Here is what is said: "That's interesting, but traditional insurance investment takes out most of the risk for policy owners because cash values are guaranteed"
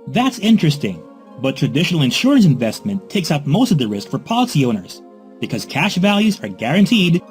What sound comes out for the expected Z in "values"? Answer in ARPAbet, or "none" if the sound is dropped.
Z